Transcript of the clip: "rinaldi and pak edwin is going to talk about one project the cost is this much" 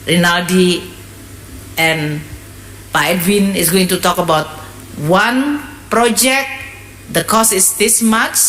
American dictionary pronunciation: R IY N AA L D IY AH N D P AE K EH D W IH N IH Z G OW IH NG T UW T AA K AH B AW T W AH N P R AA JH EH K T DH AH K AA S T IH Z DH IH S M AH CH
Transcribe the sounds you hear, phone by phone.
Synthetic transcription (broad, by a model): R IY N AA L D IY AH N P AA EH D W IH N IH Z G OW IH NG T UW T AA K AH B AW T W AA N P R AA JH EH K T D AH K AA S IH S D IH S M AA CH